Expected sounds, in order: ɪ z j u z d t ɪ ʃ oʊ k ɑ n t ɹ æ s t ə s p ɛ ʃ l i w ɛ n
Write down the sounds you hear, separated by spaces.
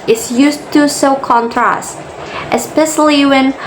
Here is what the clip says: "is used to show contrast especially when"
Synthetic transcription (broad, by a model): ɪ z j u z t ɪ s oʊ k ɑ n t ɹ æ s t ə s p ɛ ʃ l i w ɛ n